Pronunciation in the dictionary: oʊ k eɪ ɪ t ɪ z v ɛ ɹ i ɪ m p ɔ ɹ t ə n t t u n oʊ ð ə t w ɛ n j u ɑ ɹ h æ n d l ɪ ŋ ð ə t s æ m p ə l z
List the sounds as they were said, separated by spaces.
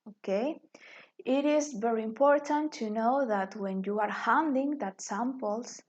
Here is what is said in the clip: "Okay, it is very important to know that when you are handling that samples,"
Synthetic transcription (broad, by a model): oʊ k eɪ ɪ t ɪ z v ɛ ɹ i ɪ m p ɔ ɹ t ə n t t u n oʊ ð ə t w ɛ n j u ɑ ɹ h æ n d ɪ ŋ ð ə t s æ m p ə l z